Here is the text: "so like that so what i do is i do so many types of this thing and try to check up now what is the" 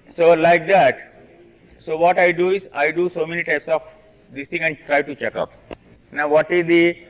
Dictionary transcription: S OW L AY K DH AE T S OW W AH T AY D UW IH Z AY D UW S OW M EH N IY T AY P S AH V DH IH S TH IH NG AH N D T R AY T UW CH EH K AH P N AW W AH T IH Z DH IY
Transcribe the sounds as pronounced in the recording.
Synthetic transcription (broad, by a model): S OW L AY K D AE T S OW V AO T AY D UW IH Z AY D UW S OW M EH N IY T AY P S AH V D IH S T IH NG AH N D T R AY T UW CH EH K AH P N AW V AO T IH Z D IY